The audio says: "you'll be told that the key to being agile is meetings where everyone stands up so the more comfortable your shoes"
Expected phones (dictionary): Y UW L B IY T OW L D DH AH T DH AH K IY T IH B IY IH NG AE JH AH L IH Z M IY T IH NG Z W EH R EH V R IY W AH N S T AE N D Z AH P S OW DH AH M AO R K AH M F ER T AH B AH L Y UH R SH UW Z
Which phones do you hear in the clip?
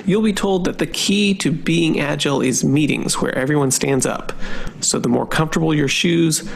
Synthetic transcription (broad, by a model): Y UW L B IY T OW L D DH AH T DH AH K IY T IH B IY IH NG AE JH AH L IH Z M IY T IH NG Z W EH R EH V R IY W AH N S T AE N D Z AH P S OW DH AH M AO R K AH M F T AH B L Y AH R SH UW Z